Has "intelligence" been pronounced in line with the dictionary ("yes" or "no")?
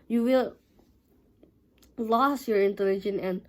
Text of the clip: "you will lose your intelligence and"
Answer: no